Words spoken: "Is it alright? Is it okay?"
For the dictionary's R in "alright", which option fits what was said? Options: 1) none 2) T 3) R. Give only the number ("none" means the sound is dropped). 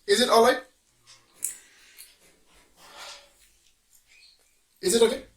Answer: 1